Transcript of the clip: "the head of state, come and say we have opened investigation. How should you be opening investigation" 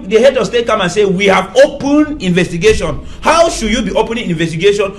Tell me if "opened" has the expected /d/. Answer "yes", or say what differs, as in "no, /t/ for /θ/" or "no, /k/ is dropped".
no, /d/ is dropped